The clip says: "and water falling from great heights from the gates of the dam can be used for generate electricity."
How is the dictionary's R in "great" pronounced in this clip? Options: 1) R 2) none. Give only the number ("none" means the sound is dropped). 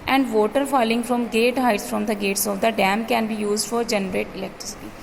2